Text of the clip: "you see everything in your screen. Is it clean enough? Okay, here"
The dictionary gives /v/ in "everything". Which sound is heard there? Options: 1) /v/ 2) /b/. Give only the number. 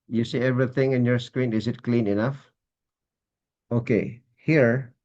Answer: 1